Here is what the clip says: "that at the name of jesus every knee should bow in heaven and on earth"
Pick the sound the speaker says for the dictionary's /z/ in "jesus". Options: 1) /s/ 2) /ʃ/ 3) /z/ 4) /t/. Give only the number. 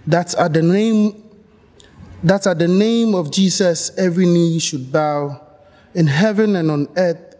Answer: 1